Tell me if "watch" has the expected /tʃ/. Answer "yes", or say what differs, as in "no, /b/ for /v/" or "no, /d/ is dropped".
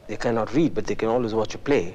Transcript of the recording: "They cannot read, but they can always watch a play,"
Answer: yes